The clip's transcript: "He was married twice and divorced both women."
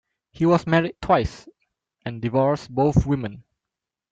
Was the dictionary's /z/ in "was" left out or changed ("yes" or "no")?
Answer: yes